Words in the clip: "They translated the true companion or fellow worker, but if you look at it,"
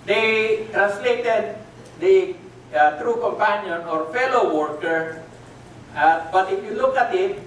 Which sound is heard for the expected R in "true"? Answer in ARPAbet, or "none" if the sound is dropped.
R